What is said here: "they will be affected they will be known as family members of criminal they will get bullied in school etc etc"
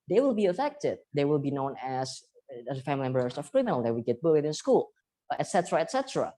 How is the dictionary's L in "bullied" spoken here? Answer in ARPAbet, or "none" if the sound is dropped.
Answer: W